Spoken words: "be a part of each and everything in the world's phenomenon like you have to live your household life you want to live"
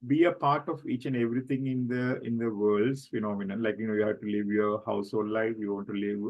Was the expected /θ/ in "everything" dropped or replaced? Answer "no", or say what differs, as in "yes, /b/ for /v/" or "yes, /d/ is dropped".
yes, /t/ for /θ/